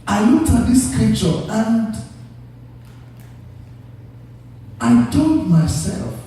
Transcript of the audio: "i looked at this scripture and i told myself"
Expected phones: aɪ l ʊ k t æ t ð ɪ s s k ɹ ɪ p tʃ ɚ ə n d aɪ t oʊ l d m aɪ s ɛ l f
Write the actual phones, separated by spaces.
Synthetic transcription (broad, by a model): aɪ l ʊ t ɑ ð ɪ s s k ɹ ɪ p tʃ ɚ ə n d aɪ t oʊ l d m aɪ s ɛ l f